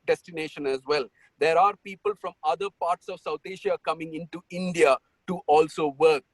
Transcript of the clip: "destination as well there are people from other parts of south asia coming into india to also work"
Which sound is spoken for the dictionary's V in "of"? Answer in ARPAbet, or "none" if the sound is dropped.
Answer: V